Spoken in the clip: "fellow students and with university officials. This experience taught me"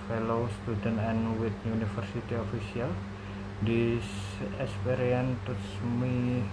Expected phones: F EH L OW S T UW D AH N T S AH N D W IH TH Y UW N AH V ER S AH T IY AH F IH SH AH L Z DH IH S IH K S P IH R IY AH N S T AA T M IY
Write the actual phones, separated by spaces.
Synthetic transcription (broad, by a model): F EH L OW S T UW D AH N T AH N W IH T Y UW N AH F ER S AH T IY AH F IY S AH L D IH S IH K S P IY R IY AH N T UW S M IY